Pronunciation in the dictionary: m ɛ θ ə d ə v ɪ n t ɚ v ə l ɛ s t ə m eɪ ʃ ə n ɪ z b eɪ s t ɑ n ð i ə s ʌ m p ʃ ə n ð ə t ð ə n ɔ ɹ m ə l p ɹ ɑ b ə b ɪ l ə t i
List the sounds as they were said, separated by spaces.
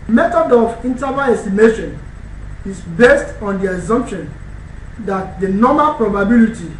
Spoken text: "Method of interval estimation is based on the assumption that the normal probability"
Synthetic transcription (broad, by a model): m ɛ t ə d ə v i n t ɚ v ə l ɛ s t ə m eɪ ʃ ə n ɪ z b eɪ s t ɑ n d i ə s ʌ m p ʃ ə n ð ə t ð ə n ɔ m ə l p ɹ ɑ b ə b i l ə t i